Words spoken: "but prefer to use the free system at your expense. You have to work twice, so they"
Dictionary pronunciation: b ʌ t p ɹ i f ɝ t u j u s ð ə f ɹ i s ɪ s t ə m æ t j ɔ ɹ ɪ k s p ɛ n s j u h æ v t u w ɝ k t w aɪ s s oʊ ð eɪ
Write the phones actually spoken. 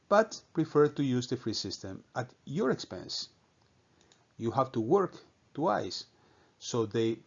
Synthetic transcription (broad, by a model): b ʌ t p ɹ i f ɝ t u j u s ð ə f ɹ i s ɪ s t ə m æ t j ɔ ɹ ɪ k s p ɛ n s j u h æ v t u w ɝ k t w aɪ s s oʊ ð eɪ